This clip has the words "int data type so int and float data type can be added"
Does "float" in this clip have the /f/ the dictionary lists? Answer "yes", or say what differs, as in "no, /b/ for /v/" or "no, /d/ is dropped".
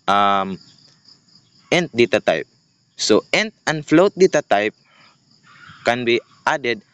yes